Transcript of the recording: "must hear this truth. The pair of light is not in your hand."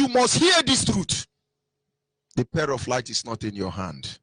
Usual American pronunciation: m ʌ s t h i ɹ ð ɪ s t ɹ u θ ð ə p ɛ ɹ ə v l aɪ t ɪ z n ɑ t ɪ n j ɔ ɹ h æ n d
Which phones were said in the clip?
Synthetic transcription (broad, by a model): m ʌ s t h i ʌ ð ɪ s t ɹ u t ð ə p ɛ ɹ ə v l aɪ t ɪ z n ɑ t ɪ n j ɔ h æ n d